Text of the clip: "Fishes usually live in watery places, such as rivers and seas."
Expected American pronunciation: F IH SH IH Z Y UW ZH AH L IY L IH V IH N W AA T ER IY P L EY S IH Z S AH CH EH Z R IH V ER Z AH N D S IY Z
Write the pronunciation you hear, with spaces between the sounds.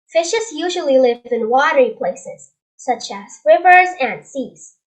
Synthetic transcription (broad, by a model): F IH SH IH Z Y UW ZH AH L IY L IH V IH N W AA T ER IY P L EY S IH Z S AH CH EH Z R IH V ER Z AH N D S IY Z